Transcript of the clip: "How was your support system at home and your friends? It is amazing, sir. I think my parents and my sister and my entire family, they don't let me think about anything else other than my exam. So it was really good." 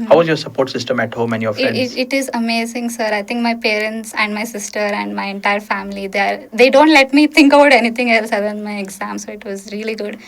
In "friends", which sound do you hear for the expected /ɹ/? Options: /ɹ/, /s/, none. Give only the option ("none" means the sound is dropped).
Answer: none